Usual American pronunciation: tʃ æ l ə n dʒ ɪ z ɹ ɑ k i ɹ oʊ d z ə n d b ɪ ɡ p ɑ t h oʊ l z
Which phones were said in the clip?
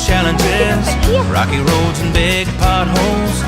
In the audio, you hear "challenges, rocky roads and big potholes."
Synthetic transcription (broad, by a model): tʃ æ l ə n dʒ ɪ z ɹ ɑ k i ɹ oʊ d z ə n b ɪ ɡ p ɑ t h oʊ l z